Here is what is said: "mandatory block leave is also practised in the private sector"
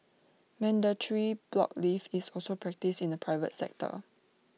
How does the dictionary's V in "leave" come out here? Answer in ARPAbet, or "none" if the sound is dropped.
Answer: F